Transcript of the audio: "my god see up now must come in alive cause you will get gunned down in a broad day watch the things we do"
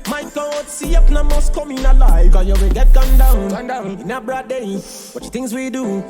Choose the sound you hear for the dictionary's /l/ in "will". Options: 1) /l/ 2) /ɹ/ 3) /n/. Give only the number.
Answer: 3